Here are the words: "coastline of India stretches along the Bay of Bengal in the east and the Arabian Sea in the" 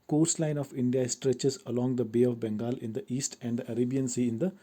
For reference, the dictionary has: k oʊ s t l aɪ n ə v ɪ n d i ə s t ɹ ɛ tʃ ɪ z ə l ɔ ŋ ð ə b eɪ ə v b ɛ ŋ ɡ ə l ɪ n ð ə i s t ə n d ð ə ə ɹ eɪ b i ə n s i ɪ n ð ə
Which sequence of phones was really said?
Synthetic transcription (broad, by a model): k oʊ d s l aɪ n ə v ɪ n d i ə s t ɹ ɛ tʃ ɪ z ə l ɔ ŋ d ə b eɪ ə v b ɛ ŋ ɡ ə l ɪ n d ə i s t ə n d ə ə ɹ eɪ b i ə n s i ɪ n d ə